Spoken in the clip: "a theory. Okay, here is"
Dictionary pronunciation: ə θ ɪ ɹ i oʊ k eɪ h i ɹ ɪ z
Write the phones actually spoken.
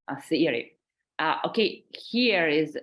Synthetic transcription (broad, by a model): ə s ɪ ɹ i oʊ k eɪ h i ɹ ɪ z